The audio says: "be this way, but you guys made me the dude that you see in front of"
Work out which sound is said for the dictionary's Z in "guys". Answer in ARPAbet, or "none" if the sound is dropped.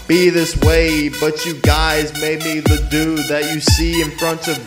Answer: Z